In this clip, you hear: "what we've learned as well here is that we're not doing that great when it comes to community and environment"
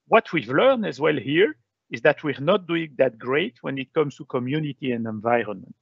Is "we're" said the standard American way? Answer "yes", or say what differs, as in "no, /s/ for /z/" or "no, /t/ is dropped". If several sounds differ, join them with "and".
yes